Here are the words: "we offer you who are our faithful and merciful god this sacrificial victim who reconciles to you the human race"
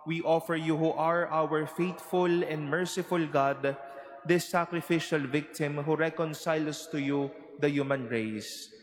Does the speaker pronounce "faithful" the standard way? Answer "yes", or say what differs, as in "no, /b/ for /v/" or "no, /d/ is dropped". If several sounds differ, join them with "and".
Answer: no, /t/ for /θ/